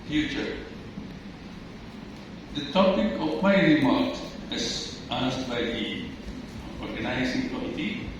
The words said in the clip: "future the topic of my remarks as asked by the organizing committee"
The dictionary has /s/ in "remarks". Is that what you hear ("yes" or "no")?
no